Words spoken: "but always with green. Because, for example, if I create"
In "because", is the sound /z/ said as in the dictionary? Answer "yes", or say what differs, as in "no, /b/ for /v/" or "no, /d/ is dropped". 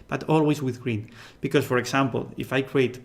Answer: no, /s/ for /z/